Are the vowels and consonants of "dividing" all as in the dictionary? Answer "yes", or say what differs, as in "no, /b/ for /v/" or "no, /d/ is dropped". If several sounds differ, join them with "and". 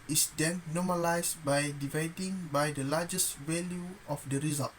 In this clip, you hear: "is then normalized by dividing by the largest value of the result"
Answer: yes